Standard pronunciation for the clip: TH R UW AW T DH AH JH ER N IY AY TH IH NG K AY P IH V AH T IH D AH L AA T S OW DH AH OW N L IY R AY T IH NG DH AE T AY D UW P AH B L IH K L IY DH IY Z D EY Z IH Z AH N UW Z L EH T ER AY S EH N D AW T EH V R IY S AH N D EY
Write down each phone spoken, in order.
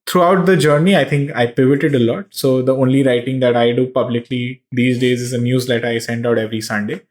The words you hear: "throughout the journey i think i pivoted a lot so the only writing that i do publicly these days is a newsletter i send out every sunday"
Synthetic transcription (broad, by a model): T R UW AW T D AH JH ER N IY AY T IH NG K AY P IH V AH T IH D AH L AA T S OW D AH OW N L IY R AY T IH NG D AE T AY D UW P AH B L IH K L IY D IY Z D EY Z IH Z AH N UW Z L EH T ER AY S EH N D AW T EH V R IY S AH N D EY